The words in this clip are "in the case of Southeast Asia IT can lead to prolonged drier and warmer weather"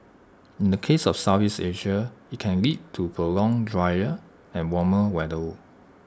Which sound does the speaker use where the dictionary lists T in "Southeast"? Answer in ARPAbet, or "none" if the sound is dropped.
none